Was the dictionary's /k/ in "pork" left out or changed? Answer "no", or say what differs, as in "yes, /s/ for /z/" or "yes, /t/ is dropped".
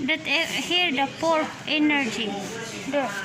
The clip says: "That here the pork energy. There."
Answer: yes, /k/ is dropped